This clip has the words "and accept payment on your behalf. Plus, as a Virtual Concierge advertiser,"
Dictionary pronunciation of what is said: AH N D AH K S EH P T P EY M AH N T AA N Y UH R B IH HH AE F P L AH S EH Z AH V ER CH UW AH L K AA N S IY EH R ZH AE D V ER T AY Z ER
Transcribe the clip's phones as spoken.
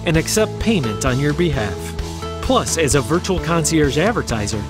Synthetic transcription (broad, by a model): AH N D AH K S EH P T P EY M AH N T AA N Y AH R B IH HH AE F P L AH S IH Z AH V ER CH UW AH L K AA N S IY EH R Z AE D V ER T AY Z ER